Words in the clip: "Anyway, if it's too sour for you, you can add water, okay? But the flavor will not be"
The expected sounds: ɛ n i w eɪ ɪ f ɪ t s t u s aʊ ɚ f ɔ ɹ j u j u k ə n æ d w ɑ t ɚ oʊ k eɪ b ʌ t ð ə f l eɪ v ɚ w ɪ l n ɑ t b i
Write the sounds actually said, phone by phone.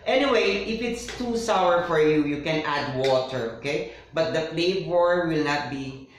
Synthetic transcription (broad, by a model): ɛ n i w eɪ ɪ f ɪ t s t u s aʊ ɚ f ɔ ɹ j u j u k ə n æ d w ɑ t ɚ oʊ k eɪ b ʌ t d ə p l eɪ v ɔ w ɪ l n ɑ t b i